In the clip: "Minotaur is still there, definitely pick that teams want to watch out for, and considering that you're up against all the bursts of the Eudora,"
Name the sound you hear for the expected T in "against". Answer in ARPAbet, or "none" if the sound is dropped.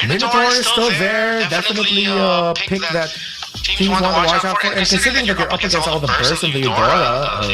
none